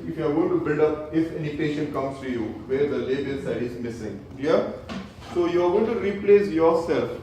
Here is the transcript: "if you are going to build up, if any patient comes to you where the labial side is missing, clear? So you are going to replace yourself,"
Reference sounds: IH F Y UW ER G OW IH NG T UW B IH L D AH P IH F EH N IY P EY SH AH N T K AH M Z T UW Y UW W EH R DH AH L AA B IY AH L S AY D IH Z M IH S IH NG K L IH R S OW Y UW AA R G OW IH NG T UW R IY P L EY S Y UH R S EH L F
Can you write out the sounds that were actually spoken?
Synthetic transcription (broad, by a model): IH F Y UW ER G OW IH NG T UW B IH L D AH P IH F EH N IY P EY SH AH N T K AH M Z T UW Y UW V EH R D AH L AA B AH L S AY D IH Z M IH S IH NG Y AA S OW Y UW AA R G OW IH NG T UW R IY P L EY S Y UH R S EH L F